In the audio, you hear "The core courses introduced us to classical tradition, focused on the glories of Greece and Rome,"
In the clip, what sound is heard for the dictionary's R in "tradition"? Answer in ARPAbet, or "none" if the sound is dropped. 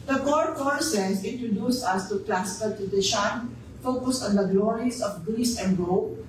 none